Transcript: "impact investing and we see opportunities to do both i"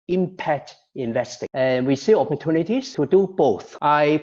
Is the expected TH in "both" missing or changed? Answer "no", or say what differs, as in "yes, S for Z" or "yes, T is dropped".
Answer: no